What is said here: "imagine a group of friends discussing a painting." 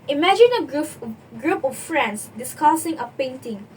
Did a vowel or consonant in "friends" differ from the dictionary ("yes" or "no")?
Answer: yes